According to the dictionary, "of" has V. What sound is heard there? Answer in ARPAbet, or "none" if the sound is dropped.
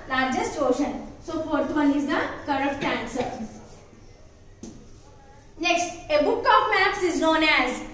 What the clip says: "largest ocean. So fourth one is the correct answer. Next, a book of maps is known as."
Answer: P